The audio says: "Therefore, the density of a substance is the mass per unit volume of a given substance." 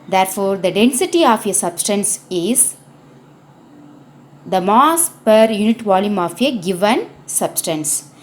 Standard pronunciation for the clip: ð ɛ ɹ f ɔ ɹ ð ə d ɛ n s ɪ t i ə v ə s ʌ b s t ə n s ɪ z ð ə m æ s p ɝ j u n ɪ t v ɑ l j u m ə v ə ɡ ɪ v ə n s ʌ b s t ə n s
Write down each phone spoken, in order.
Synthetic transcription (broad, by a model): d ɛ ɹ f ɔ ɹ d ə d ɛ n s ɪ t i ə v ə s ʌ b s t ə n s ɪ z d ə m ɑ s p ɝ j u n ɪ t v ɑ l j u m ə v ə ɡ ɪ v ə n s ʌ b s t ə n s